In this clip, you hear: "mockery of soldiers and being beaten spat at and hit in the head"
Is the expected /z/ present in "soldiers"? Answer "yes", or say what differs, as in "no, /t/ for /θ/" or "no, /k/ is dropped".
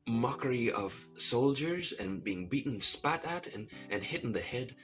yes